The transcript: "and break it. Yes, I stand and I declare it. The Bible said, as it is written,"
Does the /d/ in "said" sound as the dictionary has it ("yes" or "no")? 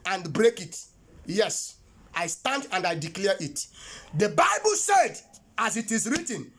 yes